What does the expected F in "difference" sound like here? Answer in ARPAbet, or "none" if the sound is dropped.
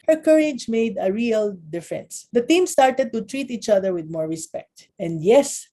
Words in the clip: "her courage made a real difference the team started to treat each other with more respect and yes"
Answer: F